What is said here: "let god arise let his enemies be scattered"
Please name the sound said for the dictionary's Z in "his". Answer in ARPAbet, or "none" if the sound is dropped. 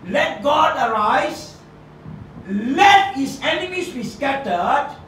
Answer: S